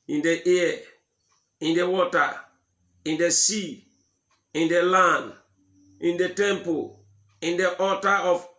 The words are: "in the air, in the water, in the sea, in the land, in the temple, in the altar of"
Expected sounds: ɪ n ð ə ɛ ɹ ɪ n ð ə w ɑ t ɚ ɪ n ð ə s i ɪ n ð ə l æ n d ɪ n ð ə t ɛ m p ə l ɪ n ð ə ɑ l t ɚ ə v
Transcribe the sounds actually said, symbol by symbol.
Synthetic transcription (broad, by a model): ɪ n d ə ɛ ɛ ɪ n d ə w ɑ t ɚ ɪ n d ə s i ɪ n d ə l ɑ n d ɪ n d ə t ɛ m p ə l ɪ n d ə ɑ t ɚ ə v